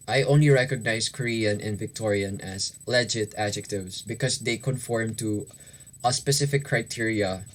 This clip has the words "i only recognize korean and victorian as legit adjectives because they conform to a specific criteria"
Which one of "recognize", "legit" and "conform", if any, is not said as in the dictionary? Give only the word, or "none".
recognize